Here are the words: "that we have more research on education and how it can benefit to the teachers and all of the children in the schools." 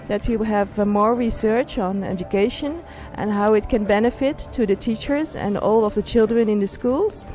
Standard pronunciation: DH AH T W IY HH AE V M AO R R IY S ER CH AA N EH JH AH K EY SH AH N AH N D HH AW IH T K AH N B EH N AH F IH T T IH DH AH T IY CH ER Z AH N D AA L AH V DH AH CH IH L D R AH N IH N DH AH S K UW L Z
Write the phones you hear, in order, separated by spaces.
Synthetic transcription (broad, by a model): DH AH T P IY HH AE V M AO R R IY S ER CH N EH JH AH K EY SH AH N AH N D HH AW IH T K AH N B EH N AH F IH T T IH DH AH T IY CH ER Z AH N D AA L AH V DH AH CH IH L D R AH N IH N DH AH S K UW L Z